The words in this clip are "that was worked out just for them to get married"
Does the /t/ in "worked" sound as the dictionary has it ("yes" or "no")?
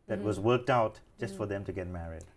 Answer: yes